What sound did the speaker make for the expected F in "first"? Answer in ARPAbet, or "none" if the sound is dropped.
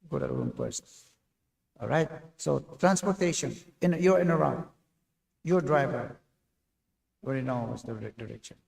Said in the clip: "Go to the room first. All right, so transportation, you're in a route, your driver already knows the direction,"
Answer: P